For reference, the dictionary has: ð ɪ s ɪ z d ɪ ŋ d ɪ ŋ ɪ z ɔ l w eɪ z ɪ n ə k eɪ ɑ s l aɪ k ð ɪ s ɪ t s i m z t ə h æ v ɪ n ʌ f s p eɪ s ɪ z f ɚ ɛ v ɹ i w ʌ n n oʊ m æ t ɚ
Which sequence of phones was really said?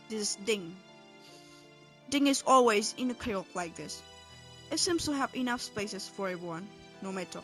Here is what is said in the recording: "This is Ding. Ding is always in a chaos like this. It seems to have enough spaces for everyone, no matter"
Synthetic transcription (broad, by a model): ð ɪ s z d ɪ ŋ d ɪ ŋ ɪ z ɔ l w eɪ z ɪ n ə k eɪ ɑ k l aɪ k ð ɪ s ɪ t s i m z t ə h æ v ɪ n ʌ f s p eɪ s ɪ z f ɚ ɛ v ɹ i w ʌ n n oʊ m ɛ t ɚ